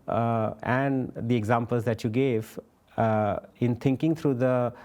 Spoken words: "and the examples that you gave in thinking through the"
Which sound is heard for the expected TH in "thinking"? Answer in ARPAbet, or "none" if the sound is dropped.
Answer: T